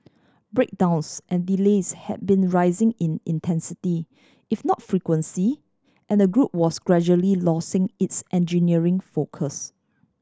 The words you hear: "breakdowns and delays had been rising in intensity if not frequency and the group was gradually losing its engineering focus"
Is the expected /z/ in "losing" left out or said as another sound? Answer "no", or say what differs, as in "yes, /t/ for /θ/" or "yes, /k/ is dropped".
yes, /s/ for /z/